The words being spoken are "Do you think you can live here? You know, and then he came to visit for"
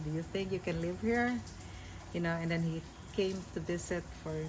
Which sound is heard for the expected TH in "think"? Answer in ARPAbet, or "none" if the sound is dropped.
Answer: TH